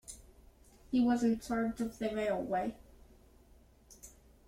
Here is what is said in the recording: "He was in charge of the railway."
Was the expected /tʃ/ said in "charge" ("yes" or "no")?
no